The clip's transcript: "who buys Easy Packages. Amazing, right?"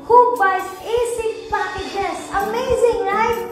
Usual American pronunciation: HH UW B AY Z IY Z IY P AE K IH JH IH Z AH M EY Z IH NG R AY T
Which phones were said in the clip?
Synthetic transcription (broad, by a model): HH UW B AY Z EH S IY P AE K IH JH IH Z AH M EY Z IH NG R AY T